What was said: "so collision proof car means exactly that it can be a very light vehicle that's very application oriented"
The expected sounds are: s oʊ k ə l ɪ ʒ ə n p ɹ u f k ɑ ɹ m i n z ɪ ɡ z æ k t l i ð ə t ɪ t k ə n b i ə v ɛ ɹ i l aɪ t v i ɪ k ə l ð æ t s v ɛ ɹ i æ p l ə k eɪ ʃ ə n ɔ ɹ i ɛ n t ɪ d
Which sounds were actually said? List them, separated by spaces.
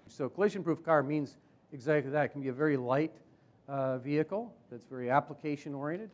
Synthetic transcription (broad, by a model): s oʊ k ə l ɪ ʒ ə n p ɹ u f k ɑ ɹ m i n z ɪ ɡ z æ k t l i ð ə t ɪ t k n b i ə v ɛ ɹ i l aɪ t v i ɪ k l ð æ t s v ɛ ɹ i æ p l ə k eɪ ʃ ə n ɔ ɹ i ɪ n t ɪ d